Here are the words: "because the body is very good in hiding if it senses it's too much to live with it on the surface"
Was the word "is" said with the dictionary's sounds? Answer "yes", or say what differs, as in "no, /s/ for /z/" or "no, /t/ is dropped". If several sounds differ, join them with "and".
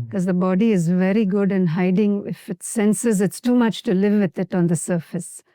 yes